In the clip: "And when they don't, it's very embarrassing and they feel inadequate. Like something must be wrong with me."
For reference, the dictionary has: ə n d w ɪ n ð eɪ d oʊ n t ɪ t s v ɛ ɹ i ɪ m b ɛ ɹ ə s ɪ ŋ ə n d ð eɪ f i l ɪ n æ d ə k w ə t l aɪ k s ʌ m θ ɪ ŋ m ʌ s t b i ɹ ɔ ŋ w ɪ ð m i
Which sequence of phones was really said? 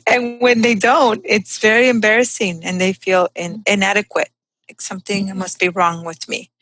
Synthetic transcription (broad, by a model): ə n w ɪ n ð eɪ d oʊ n t ɪ t s v ɛ ɹ i ɪ m b ɛ ɹ ə s ɪ ŋ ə n ð eɪ f i l ɪ n æ d ə k w ə t l aɪ k s ʌ m θ ɪ ŋ m ʌ s t b i ɹ ɔ ŋ w ɪ ð m i